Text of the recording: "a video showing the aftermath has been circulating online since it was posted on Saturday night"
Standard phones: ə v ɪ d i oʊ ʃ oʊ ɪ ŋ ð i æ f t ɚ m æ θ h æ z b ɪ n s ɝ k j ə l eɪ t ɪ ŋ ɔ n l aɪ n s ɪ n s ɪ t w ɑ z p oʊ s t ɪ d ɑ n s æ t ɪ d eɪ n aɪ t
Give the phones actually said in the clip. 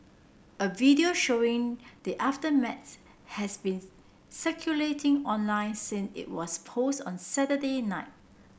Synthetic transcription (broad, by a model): ə v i d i oʊ ʃ oʊ ɪ ŋ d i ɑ f t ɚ m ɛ s h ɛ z b ɪ n s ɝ k j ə l eɪ t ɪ ŋ ɔ n l aɪ n s ɪ n s ɪ t w ɑ s p oʊ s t ɑ n s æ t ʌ d eɪ n aɪ t